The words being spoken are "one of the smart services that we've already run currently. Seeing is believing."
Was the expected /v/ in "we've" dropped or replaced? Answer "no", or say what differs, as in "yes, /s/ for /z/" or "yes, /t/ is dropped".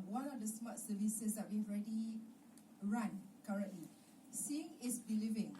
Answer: yes, /v/ is dropped